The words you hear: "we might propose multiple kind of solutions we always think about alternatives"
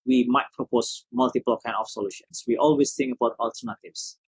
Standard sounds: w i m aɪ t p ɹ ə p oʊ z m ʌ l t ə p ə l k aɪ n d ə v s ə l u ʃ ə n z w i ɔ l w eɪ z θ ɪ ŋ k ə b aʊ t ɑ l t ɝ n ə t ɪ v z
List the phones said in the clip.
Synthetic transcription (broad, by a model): w i m aɪ t p ɹ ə p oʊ s m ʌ l t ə p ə l k aɪ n ə f s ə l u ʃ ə n s w i ɔ l w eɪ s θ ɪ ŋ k ə b aʊ t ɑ l t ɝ n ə t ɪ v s